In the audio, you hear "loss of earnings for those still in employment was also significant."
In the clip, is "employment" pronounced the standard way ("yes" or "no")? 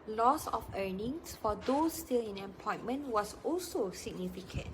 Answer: no